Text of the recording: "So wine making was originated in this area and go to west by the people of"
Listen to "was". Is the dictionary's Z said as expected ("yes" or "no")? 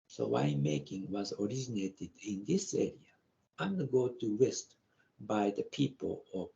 yes